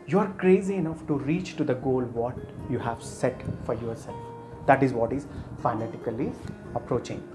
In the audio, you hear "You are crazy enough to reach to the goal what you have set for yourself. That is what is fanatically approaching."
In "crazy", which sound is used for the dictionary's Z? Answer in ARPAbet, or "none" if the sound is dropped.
Z